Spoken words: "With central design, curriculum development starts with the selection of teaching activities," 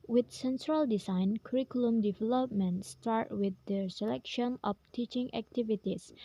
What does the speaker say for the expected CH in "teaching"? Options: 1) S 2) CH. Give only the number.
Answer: 2